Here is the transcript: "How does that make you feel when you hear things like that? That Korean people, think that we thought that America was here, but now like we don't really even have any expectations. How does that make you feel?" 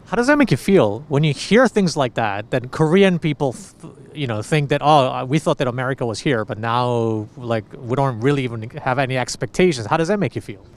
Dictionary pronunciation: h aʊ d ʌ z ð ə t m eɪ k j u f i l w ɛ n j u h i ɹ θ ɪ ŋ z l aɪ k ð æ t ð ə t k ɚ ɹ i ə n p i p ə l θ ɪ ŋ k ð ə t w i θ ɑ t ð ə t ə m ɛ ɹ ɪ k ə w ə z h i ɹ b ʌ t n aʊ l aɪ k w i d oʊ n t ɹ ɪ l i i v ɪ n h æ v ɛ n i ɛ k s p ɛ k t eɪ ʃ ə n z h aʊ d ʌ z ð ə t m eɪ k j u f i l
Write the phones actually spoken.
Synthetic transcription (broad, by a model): h aʊ d ʌ z ð ə t m eɪ k j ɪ f i l w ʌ n j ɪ h i ɹ θ ɪ ŋ z l aɪ k ð æ t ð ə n k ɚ ɹ i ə n p i p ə n θ ɪ ŋ k ð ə t w i θ ɑ t ð ə t ə m ɛ ɹ ɪ k ə w ə z h i ɹ b ʌ t n aʊ l aɪ k w i d oʊ n t ɹ ɪ l i i v ɪ n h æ v ɛ n i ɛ k s p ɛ k t eɪ ʃ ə n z h aʊ d ʌ z ð ə t m eɪ k j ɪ f i l